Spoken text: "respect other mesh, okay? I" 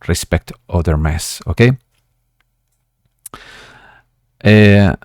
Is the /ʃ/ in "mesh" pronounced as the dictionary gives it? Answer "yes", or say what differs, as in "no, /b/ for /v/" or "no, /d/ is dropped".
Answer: no, /s/ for /ʃ/